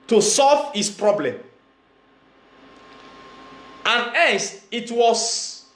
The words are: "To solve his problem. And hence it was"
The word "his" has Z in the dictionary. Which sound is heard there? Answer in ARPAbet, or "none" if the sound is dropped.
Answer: S